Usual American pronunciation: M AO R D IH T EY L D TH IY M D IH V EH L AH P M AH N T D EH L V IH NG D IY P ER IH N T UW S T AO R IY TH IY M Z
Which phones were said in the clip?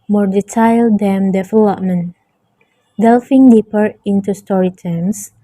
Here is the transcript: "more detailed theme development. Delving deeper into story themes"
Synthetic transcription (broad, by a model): M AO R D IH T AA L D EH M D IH F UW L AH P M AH N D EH L F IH NG D IY P ER IH N T UW S T AO R IY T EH M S